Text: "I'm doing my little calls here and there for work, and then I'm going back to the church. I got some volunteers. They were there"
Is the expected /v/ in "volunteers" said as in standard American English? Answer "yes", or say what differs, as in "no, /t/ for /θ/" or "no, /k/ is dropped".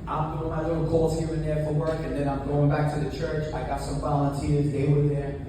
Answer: yes